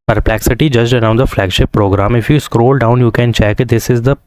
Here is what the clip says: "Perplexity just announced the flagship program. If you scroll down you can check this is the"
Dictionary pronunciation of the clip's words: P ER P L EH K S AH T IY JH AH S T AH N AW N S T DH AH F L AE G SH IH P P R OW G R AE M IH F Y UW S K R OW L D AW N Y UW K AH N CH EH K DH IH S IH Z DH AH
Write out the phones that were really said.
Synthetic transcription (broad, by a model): P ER P L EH K S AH T IY JH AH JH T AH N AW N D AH F L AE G SH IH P P R OW G R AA M IH F Y UW S K R OW L D AW N Y UW K AH N CH EH K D IH S IH Z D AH